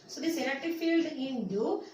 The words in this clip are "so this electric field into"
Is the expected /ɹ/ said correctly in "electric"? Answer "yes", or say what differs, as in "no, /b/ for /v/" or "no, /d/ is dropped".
no, /ɹ/ is dropped